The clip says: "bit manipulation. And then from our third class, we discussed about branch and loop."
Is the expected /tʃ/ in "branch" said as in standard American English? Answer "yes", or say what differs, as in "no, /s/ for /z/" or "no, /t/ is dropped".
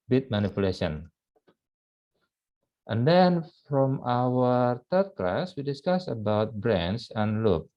no, /s/ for /tʃ/